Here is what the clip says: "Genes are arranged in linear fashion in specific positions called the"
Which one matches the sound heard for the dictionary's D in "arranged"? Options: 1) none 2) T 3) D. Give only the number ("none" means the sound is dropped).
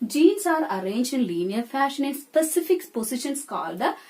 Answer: 1